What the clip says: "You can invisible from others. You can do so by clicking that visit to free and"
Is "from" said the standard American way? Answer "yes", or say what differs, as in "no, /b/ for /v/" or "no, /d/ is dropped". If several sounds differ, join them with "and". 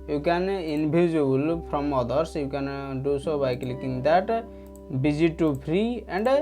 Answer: no, /p/ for /f/